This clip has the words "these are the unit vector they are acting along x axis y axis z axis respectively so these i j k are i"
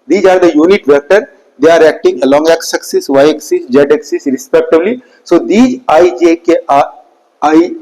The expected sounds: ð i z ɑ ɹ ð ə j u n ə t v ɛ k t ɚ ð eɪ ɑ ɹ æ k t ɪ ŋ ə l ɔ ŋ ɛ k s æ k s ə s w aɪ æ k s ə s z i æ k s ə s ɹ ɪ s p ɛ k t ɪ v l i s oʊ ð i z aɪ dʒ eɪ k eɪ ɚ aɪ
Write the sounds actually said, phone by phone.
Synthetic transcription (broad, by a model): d i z ɑ ɹ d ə j u n ə t v ɛ k t ɚ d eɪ ɑ ɹ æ k t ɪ ŋ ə l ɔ ŋ ɛ k s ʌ k s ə s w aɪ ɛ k s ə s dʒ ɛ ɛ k s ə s ɹ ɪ s p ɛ k t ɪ b l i s oʊ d i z aɪ dʒ eɪ k eɪ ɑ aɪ